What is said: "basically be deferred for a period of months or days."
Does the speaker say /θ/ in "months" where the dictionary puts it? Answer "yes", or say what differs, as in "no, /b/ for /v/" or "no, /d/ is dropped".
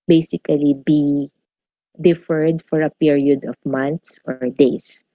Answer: no, /t/ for /θ/